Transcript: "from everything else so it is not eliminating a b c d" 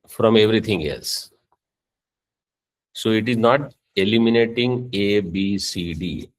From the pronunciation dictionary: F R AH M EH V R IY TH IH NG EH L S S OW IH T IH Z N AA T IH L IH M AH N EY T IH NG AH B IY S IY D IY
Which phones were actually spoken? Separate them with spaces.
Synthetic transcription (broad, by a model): F R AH M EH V R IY T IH NG EH L S S OW IH T IH Z N AA T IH L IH M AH N EY T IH NG AH B IY S IY D IY